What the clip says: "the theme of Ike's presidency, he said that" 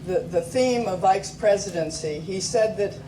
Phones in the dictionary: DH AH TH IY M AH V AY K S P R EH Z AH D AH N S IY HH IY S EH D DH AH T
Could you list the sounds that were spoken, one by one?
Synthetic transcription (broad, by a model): DH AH TH IY M AH V AY K S P R EH Z AH D AH N S IY IY S EH D DH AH T